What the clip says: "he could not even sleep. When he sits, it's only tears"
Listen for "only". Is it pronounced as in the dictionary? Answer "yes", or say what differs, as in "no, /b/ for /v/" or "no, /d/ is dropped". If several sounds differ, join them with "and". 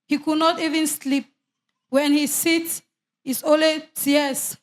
no, /n/ is dropped